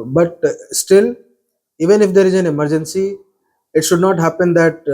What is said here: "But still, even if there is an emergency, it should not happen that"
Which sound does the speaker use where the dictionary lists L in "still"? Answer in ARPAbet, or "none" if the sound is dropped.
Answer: L